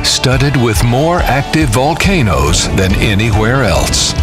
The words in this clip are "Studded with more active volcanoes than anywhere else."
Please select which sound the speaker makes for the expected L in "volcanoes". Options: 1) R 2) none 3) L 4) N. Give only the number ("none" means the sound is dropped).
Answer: 3